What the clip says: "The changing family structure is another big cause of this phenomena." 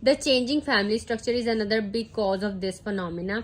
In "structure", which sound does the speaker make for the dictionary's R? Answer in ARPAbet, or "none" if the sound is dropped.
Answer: R